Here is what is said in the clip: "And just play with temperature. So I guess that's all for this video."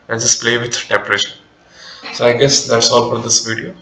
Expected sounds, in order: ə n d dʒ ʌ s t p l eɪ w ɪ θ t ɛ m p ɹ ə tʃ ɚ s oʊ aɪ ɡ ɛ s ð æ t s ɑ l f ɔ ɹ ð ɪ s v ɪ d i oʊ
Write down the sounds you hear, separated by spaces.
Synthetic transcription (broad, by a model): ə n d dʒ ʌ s p l eɪ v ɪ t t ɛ m p ɹ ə ʃ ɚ s oʊ aɪ ɡ ɛ s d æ t s ɑ l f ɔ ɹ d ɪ s v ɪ d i oʊ